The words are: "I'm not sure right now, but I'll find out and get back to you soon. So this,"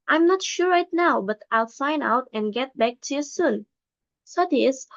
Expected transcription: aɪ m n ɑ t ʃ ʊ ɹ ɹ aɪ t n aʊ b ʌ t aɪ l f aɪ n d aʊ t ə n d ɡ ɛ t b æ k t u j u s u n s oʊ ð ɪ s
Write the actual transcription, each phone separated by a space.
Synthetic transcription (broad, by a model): aɪ m n ɑ t ʃ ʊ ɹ ɹ aɪ t n aʊ b ʌ t aɪ l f aɪ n aʊ t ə n ɡ ɛ t b æ k t u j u s u n s oʊ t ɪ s